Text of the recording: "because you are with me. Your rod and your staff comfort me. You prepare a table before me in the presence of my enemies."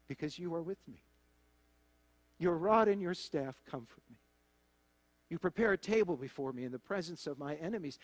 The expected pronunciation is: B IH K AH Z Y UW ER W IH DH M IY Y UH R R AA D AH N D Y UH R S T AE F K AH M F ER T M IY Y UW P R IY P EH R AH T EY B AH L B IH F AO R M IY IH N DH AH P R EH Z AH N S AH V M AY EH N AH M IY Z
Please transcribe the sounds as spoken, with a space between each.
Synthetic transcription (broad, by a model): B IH K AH Z Y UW ER W IH DH M IY Y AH R R AA D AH N Y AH R S T AE F K AH M F ER T M IY Y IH P R IY P EH R AH T EY B AH L B IH F AO R M IY IH N DH AH P R EH Z AH N S AH V M AY EH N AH M IY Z